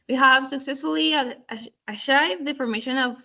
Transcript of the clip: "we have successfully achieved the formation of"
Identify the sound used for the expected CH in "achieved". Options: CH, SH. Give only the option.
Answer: SH